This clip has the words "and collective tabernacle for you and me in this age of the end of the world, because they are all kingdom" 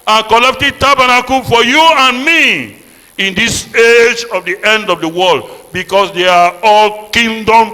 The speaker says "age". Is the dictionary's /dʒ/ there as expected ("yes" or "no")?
yes